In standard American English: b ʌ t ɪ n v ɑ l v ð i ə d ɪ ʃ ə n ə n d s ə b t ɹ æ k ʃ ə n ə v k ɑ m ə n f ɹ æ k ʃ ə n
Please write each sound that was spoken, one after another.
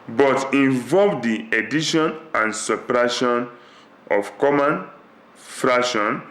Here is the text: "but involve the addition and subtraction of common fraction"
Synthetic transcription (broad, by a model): b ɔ t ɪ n v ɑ l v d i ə d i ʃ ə n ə n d s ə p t ɹ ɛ ʃ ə n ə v k ɑ m ə n f ɹ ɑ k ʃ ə n